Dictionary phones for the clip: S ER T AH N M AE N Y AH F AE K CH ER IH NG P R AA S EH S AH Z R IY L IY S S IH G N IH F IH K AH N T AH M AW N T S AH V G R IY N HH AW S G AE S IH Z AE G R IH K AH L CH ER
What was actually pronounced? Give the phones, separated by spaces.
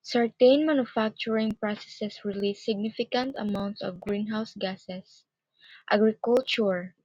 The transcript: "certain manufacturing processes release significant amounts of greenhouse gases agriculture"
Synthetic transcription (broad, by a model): S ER T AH N M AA N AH F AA K CH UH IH NG P R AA S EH S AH S R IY L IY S S IH G N IH F IH K AH N T AH M AW N T S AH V G R IY N HH AW S G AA S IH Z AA G R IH K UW L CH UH